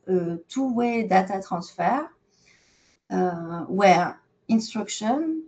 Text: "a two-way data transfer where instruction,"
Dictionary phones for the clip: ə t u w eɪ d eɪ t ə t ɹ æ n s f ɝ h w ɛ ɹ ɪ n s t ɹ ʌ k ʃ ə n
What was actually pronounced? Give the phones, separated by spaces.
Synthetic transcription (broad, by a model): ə t u w eɪ d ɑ t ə t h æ s f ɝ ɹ w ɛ ɹ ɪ n s t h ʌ k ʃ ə n